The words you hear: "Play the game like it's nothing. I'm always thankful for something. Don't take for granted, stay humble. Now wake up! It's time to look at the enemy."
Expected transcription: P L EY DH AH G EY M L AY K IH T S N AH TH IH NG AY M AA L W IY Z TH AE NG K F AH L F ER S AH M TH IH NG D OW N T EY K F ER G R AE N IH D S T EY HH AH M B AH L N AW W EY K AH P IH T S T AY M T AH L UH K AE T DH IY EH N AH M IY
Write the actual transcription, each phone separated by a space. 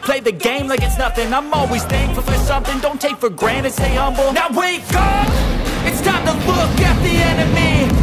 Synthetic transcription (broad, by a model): P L EY DH AH G EY M L AY K IH T S N AH TH IH NG AY M AA L W IY Z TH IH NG F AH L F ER S AH M TH IH NG D OW N T EY K F ER G R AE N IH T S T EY HH AH M B L N AW W EY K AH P IH T S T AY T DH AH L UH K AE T DH IY EH N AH M IY